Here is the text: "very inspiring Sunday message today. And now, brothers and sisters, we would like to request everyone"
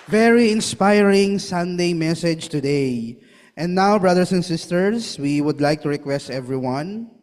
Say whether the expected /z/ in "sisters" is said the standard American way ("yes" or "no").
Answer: no